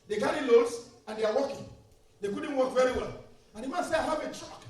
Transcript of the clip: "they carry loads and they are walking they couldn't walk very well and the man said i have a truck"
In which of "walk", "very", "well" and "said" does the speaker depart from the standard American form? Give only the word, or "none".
said